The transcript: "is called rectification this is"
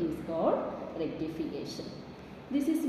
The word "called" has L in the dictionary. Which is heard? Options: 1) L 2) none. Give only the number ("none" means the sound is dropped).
2